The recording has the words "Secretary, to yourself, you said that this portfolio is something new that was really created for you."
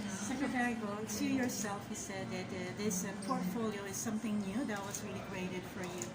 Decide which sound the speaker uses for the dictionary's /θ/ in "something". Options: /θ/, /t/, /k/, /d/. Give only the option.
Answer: /θ/